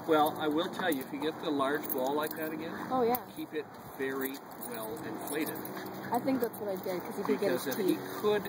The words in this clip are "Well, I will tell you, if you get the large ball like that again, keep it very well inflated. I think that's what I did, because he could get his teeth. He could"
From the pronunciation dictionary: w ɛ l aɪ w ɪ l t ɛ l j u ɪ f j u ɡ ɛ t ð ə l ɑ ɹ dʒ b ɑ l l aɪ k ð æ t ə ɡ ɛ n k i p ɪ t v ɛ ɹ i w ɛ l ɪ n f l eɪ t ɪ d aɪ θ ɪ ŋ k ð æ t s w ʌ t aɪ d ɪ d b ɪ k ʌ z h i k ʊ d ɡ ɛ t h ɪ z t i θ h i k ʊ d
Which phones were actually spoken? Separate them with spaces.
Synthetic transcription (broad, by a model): w ɛ l aɪ w ɪ l t ɛ l j u ɪ f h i ɡ ɛ t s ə l ɑ ɹ dʒ b ɑ l l aɪ k ð æ t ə ɡ ɛ n k i p ɪ t v ɛ ɹ i w ɛ l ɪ n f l eɪ t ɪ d aɪ θ ɪ ŋ k ð æ t s w ʌ t aɪ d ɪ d k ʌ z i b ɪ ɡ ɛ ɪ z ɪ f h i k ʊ d